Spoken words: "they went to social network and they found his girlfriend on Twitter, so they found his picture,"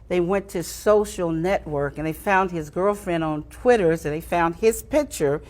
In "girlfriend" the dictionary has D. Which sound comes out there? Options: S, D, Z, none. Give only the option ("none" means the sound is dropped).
D